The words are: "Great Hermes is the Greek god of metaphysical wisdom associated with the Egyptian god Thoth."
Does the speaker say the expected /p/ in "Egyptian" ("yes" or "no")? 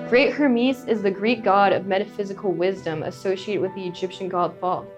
yes